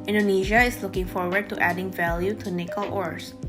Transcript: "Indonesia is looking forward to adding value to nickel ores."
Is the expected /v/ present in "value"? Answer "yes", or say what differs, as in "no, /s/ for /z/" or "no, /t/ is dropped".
yes